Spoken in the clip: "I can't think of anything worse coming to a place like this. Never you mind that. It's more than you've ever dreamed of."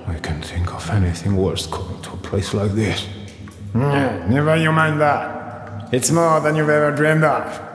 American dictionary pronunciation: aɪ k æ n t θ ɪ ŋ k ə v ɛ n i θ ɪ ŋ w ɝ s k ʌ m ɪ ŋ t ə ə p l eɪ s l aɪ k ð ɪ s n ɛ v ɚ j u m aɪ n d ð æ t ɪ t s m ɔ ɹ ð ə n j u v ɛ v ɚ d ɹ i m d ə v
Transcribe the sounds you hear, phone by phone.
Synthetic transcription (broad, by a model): aɪ k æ n θ ɪ ŋ k ə v ɛ n i θ ɪ ŋ w ɝ s k ʌ m ɪ ŋ t ə ə p l eɪ s l aɪ k ð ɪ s n ɛ v ɚ j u m aɪ n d ð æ t ɪ t s m ɔ ɹ ð ə n j u v ɛ v ɚ d ɹ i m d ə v